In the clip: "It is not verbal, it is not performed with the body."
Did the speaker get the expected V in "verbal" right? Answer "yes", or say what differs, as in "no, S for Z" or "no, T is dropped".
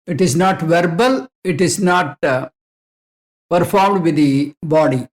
yes